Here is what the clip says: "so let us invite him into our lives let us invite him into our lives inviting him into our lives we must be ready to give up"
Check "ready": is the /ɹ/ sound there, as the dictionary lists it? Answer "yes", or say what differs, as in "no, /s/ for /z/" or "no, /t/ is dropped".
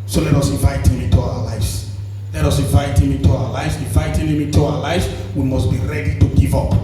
yes